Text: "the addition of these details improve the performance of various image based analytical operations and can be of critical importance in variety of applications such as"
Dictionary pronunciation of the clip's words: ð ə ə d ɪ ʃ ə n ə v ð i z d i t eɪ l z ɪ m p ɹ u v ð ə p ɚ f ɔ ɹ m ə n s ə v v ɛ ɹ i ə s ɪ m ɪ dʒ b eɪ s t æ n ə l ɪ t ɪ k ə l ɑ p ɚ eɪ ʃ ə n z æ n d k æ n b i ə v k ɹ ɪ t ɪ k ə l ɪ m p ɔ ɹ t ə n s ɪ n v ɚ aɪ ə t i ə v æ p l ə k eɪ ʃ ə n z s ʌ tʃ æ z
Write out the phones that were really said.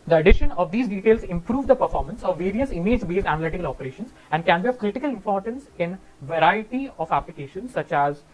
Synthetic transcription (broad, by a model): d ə ə d ɪ ʃ ə n ə v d i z d i t eɪ l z ɪ m p ɹ u v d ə p ɚ f ɔ ɹ m ə n s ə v v ɛ ɹ i ə s ɪ m ɪ dʒ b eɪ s æ n ə l ɪ t ɪ k ə l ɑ p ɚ eɪ ʃ ə n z æ n d k æ n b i ə v k ɹ ɪ t ɪ k ə l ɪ m p ɔ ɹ t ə n s ɪ n v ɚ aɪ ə t i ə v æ p l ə k eɪ ʃ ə n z s ʌ tʃ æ z